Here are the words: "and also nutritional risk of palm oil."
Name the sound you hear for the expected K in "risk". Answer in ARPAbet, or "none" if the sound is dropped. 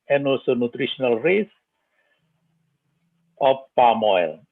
none